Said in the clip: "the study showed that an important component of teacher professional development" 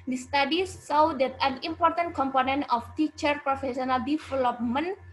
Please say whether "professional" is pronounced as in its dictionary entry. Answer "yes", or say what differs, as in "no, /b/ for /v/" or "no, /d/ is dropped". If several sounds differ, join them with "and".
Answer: no, /s/ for /ʃ/